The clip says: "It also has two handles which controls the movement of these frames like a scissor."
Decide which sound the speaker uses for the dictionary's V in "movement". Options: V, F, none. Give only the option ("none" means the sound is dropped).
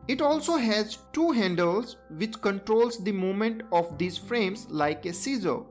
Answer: none